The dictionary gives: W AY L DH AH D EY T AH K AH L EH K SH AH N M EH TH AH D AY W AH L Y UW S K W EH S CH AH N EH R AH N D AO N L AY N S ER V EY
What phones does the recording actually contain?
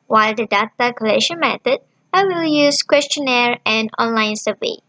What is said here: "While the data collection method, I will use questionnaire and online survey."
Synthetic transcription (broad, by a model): W AY L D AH D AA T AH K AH L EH SH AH N M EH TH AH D AY W AH L Y UW S K W EH S CH AH N EH R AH N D AO N L AY N S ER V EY